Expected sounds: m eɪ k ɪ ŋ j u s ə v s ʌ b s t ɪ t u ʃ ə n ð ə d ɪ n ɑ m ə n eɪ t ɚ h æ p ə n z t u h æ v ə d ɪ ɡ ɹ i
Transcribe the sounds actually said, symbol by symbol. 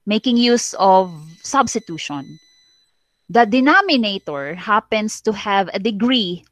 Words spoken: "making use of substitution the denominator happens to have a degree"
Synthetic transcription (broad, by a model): m eɪ k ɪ ŋ j u s ə v s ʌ b s t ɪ t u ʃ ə n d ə d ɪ n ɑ m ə n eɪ t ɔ h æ p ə n s t u h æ v ə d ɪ ɡ ɹ i